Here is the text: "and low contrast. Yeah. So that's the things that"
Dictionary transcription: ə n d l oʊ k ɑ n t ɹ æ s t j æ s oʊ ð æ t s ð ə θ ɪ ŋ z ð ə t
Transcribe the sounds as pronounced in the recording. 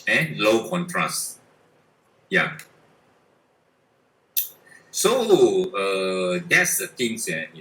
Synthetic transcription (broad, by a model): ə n l oʊ k ɑ n t ɹ æ s t j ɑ s oʊ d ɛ t s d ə t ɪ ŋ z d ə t